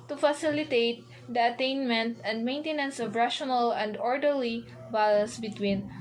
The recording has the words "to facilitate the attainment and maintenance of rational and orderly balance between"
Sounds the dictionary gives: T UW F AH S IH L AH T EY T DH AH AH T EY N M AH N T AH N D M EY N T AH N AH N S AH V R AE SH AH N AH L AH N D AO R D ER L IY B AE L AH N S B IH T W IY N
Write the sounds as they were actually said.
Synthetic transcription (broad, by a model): T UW F AH S IH L AH T EY T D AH AH T EY N M AH N T AH N D M EY N T AH N AH N S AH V R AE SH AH N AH L AH N D AO R D ER L IY B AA L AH N S B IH T W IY N